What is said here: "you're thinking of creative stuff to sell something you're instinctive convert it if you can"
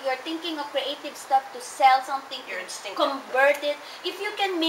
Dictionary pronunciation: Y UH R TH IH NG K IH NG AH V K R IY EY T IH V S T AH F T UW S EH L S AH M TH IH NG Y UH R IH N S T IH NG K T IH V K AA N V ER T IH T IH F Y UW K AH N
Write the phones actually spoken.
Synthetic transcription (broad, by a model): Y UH R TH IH NG K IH NG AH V K R IY EY T IH V S T AH F T UW S EH L S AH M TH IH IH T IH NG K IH K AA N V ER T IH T IH F Y UW K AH N